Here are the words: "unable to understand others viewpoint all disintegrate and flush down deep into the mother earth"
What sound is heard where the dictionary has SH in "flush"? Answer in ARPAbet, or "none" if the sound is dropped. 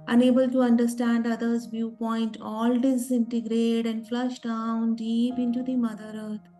SH